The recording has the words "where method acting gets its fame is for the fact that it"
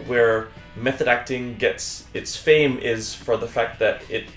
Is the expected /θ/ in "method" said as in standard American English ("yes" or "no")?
yes